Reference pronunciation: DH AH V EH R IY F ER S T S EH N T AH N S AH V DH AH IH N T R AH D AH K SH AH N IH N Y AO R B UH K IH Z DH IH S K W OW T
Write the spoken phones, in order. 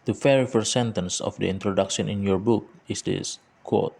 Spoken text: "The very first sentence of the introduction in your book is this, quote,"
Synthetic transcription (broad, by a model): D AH F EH R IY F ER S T S EH N T AH N S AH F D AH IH N T R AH D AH K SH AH N IH N Y AO R B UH K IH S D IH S K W OW T